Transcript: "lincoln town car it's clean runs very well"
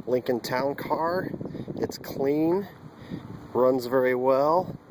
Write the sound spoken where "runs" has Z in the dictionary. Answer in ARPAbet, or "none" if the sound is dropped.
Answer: Z